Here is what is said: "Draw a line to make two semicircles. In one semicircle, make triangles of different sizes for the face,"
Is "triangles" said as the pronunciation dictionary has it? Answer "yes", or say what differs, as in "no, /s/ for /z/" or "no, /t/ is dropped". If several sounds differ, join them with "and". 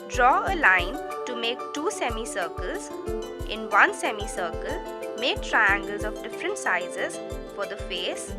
yes